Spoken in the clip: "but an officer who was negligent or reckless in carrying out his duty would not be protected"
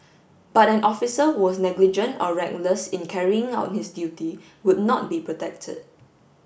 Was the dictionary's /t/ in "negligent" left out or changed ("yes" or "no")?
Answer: no